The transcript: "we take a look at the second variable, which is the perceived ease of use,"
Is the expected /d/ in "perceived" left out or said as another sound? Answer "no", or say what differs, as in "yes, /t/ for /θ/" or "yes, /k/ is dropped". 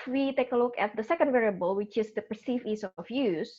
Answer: yes, /d/ is dropped